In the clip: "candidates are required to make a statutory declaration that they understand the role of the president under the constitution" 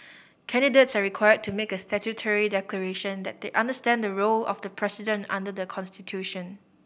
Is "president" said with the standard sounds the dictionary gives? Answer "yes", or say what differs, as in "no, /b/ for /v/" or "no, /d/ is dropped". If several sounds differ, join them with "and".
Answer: no, /s/ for /z/